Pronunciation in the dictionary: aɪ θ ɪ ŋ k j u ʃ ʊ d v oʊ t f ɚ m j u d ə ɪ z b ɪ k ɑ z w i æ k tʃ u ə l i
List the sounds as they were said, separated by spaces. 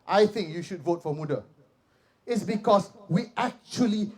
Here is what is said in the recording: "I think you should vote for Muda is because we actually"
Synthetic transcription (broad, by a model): aɪ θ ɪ ŋ k j u ʃ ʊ d v oʊ t f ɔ m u d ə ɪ s b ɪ k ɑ s w i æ k tʃ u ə l i